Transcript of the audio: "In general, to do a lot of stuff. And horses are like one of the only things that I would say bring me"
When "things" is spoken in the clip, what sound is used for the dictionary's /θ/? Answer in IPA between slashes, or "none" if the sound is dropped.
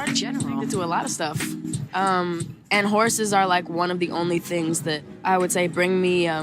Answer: /θ/